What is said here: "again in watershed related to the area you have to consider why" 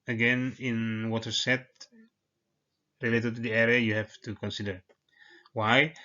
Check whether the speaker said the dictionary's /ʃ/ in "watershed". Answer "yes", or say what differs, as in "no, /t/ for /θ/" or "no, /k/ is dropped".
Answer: no, /s/ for /ʃ/